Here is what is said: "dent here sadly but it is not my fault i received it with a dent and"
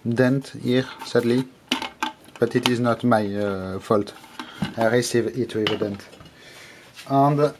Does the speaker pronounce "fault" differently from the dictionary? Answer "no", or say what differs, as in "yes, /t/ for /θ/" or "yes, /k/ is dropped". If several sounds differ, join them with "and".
no